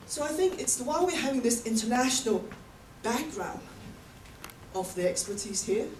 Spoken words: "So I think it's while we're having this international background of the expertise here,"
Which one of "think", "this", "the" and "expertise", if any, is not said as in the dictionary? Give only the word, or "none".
none